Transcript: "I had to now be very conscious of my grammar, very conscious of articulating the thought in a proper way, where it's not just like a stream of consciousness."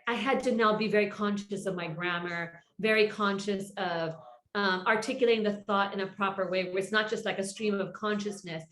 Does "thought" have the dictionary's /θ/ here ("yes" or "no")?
yes